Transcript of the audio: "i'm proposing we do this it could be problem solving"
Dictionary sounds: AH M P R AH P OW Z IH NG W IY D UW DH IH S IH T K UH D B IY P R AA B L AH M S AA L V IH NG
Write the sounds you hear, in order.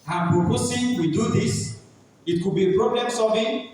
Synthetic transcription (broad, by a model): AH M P R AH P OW S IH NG W IY D UW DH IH S IH T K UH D B IY P R AA B L AH M S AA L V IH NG